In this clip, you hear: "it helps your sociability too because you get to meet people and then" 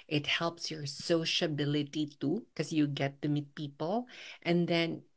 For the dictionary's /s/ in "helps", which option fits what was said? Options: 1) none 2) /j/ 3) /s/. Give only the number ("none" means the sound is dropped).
3